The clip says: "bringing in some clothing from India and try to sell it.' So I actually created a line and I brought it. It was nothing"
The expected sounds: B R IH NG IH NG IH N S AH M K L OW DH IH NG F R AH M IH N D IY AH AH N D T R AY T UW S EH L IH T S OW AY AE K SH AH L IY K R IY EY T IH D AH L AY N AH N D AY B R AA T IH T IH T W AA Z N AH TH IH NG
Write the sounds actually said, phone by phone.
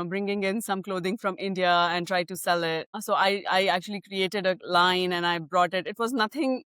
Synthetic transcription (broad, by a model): B R IH NG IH NG IH N S AH M K L OW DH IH NG F R AH M IH N D IY AH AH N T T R AY T UW S EH L IH T S OW AY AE K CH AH L IY K R IY EY T IH D AH L AY N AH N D AY B R AA T IH T IH T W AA Z N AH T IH NG